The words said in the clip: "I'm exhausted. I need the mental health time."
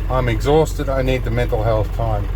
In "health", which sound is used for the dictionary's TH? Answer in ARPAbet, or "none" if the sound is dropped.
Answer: TH